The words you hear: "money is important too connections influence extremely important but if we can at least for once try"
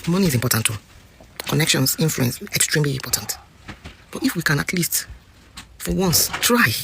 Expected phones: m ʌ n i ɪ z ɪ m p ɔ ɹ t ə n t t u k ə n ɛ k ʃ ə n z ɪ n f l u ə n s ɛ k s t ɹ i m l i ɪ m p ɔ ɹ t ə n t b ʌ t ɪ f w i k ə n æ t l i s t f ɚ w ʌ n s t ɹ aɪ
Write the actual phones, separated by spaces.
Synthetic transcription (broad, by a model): m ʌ n i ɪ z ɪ m p ɔ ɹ t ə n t t u k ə n ɛ k ʃ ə n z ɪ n f l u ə n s ɛ k s t ɹ i m l i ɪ m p ɔ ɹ t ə n t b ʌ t ɪ f w i k ə n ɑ t l i s t f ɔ w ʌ n s t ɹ aɪ